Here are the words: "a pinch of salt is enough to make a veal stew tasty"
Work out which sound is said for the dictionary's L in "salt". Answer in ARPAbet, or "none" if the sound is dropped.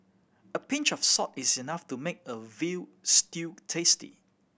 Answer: none